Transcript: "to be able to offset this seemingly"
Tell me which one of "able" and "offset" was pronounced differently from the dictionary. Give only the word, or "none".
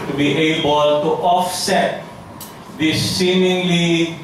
none